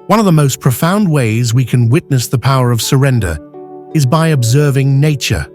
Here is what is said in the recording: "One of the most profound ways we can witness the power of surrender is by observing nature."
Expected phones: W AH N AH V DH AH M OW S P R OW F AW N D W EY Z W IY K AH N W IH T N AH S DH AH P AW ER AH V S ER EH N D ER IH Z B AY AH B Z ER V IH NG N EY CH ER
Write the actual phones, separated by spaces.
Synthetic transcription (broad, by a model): W AH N AH V DH AH M OW S P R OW F AW N D W EY Z W IY K AH N W IH T N AH S DH AH P AW ER AH V S ER EH N D ER IH Z B AY AH B Z ER V IH NG N EY CH ER